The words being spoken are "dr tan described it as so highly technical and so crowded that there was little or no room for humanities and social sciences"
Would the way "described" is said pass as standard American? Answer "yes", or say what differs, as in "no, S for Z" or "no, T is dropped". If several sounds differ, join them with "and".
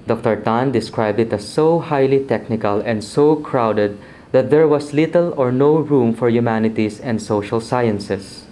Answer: yes